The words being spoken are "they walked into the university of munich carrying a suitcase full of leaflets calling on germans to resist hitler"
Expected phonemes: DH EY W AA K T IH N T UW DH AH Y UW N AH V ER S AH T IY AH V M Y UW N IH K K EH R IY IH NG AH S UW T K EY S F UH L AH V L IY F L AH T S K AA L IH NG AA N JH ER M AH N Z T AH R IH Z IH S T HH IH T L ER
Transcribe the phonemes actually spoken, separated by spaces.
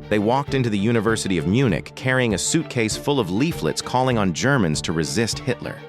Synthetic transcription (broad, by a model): DH EY W AA K T IH N T UW DH AH Y UW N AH V ER S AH T IY AH V M Y UW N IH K K EH R IY IH NG AH S UW T K EY S F UH L AH V L IY F L AH T S K AA L IH NG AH N JH ER M AH N Z T AH R IH Z IH S T HH IH T L ER